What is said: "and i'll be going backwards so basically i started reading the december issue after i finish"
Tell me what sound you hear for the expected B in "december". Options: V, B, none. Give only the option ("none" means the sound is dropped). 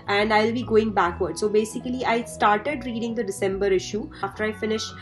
B